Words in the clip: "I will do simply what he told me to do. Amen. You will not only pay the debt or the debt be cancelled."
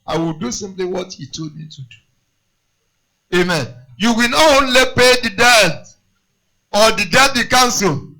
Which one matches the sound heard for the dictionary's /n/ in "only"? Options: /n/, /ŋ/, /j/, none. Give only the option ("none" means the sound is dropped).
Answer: /n/